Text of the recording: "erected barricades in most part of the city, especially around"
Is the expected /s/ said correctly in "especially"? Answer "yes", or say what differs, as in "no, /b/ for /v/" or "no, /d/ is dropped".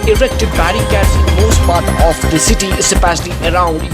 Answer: no, /s/ is dropped